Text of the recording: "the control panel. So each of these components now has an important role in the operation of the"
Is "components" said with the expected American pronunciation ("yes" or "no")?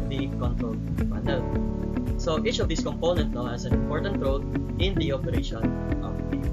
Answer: no